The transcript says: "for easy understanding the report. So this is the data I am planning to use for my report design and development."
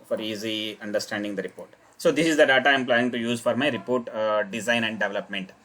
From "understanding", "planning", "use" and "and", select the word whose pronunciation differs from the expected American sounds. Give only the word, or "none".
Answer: planning